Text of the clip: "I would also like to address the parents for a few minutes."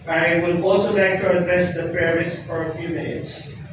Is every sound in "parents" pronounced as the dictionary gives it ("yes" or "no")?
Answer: no